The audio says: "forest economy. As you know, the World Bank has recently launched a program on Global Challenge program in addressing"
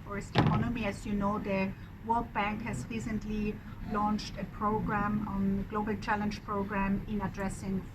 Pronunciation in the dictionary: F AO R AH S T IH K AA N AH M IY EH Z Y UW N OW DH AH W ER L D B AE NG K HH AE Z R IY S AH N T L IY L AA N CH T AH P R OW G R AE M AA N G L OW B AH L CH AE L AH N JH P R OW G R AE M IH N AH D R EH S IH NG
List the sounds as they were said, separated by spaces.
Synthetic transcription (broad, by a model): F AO R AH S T IH K AA N AH M IY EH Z Y UW N OW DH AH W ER L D B AE NG K HH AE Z R IY S AH N T L IY L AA N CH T AH P R OW G R AE M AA N G L OW B AH L CH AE L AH N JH P R OW G R AE M IH N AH D R EH S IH NG